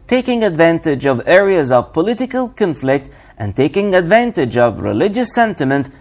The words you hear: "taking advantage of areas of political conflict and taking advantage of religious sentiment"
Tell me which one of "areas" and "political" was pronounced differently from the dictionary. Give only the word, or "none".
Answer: none